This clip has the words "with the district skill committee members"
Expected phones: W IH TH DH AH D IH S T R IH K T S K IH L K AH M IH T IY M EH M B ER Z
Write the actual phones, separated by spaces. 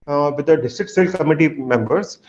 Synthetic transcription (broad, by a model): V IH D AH D IH S T R IH K T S IH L K AH M IH T IY M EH M B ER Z